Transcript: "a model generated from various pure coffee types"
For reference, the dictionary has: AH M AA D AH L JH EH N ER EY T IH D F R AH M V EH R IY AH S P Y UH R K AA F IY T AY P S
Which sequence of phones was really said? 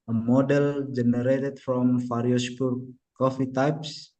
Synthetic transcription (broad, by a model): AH M AA D AH L JH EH N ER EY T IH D F R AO M F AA R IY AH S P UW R K AA F IY T AY P S